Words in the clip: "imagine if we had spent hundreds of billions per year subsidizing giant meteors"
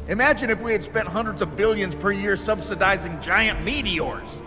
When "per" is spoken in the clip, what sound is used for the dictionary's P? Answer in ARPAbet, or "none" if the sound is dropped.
P